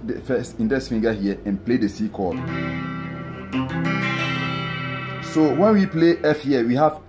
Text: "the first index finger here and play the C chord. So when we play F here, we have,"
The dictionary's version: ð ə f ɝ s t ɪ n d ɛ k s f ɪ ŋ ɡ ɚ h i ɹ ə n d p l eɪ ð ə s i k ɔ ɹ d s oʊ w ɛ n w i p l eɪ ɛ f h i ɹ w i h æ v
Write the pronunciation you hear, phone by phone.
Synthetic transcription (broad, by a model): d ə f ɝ s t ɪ n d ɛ s f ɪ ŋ ɡ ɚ h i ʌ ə n p l eɪ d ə s i k ɔ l s oʊ w ɛ n w i p l eɪ ɛ f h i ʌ w i h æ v